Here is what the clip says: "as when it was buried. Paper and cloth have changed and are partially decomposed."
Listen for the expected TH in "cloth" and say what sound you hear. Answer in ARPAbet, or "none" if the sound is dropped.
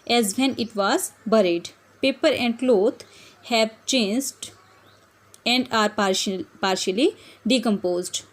T